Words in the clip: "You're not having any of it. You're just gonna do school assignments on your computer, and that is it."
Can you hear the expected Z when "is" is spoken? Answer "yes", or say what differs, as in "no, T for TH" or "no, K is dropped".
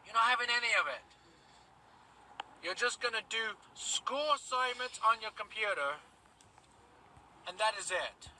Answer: yes